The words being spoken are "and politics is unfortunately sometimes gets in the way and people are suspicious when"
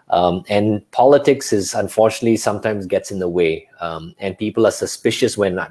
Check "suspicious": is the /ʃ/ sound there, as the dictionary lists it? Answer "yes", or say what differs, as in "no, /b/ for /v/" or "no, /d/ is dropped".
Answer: yes